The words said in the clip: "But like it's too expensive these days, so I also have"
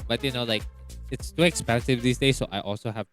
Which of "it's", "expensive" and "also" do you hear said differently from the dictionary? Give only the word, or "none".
none